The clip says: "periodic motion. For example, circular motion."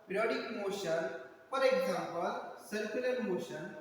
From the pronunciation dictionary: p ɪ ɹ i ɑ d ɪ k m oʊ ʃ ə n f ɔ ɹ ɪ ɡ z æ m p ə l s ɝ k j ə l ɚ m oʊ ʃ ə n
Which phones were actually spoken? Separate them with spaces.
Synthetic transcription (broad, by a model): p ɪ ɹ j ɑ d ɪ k m oʊ ʃ ə n p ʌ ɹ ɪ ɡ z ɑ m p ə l s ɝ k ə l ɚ m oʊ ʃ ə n